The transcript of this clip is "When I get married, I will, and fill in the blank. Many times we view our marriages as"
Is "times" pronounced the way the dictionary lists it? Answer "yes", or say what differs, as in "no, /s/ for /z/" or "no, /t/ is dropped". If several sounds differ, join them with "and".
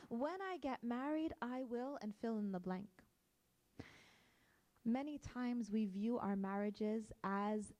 yes